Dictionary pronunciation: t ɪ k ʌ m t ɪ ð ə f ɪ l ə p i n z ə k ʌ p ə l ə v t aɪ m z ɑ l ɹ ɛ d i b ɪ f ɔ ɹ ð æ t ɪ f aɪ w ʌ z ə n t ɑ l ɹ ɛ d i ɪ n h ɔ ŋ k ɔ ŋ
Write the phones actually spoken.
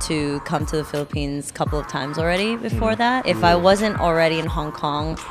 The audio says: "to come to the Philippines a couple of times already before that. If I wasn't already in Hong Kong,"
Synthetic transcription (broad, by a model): t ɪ k ʌ m t ɪ ð ə f ɪ l ə p i n z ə k ʌ p l ə v t aɪ m z l ɹ ɛ d i b ɪ f ɔ ɹ ð æ t ɪ f aɪ w ʌ z ə n t l ɹ ɛ d i ɪ n h ɔ ŋ k ɔ ŋ